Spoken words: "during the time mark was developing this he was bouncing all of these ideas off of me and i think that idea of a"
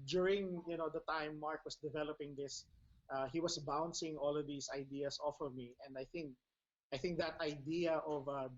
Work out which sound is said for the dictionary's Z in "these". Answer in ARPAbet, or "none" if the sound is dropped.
S